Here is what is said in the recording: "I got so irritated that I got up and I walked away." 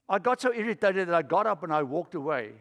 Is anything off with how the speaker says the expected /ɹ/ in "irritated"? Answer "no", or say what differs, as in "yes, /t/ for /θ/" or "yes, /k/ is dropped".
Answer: no